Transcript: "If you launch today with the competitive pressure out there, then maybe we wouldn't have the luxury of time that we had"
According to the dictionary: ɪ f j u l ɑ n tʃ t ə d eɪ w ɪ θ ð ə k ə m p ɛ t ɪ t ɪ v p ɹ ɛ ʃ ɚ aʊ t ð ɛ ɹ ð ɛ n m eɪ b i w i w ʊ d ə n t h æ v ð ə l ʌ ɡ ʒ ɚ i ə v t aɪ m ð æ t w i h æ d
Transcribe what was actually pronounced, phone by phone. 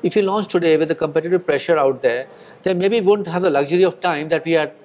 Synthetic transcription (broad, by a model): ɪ f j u l ɑ n tʃ t ə d eɪ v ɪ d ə k ə m p ɛ t ɪ t ɪ v p ɹ ɛ ʃ ɚ aʊ t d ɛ ɹ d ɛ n m eɪ b i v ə n t h æ v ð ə l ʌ ɡ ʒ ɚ i ə v t aɪ m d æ t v i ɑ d